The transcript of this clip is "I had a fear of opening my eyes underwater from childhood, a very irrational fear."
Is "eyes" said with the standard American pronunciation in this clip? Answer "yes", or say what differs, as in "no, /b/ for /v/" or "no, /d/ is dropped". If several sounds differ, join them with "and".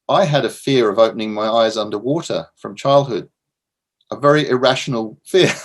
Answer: yes